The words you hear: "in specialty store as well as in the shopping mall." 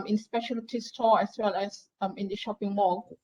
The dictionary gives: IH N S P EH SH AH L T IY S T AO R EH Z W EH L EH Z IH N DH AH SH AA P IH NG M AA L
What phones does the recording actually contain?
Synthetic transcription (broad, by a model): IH N S P EH SH AH L T IY S T AO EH S W EH L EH S IH N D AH SH AA P IH NG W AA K